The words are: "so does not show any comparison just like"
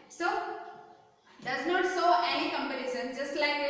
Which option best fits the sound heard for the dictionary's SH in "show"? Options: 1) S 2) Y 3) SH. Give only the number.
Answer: 1